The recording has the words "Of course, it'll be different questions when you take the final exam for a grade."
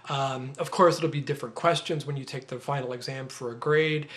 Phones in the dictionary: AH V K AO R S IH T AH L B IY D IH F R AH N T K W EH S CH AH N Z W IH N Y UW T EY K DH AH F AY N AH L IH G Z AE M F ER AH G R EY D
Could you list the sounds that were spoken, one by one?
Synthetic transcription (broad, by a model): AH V K AO R S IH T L B IY D IH F R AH N K W EH S CH AH N Z W IH N Y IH T EY K DH AH F AY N L IH G Z AE M F ER AH G R EY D